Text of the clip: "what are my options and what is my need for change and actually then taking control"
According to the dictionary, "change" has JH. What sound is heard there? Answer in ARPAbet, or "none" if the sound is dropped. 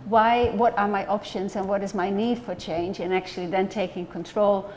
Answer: JH